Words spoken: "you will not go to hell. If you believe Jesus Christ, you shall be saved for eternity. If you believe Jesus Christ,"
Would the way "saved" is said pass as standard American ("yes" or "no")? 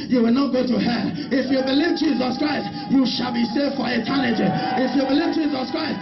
no